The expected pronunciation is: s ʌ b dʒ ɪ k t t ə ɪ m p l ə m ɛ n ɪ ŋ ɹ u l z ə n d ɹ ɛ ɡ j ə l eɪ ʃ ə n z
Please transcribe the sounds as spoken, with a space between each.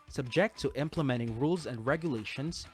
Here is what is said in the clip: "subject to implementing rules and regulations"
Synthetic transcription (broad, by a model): s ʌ b dʒ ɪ k t t ɪ m p l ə m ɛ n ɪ ŋ ɹ u l z ə n d ɹ ɛ ɡ j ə l eɪ ʃ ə n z